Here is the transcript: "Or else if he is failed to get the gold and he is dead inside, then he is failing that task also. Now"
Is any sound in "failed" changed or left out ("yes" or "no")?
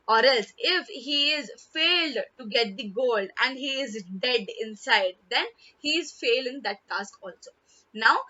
no